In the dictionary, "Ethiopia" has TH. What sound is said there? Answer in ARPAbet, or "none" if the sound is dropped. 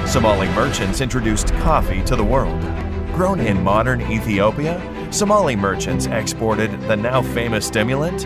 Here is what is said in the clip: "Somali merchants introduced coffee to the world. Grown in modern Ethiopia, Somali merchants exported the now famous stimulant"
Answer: TH